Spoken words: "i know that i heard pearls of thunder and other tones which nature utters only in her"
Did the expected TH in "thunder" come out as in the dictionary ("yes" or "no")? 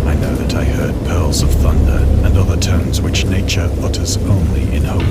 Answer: yes